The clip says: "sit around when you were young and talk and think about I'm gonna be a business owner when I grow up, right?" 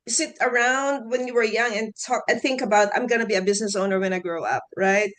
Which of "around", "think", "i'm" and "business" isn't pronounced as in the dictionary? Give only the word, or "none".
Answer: none